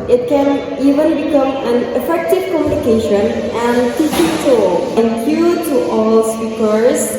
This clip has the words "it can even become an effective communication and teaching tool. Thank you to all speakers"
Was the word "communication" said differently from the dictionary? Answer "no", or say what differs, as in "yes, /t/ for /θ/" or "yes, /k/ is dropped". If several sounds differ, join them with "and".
no